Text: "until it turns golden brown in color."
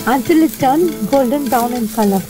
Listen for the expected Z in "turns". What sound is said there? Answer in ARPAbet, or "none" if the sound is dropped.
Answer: none